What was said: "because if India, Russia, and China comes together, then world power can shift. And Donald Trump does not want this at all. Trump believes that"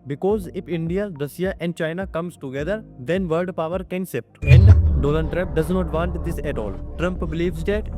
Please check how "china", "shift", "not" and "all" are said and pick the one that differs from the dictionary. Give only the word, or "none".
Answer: shift